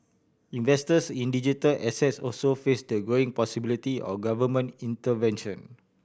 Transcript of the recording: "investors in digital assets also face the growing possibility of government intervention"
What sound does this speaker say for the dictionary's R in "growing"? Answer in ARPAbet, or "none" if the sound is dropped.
none